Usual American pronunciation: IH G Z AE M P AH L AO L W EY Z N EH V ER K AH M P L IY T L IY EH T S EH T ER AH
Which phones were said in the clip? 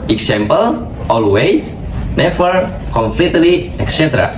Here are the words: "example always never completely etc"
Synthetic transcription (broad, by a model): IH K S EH M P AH L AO L W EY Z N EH F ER K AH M F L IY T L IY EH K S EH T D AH